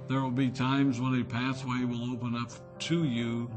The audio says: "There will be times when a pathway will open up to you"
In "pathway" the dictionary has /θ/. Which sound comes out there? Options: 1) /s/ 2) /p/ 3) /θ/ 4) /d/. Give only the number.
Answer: 1